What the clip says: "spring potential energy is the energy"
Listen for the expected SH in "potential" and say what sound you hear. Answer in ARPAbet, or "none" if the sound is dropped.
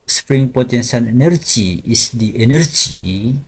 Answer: S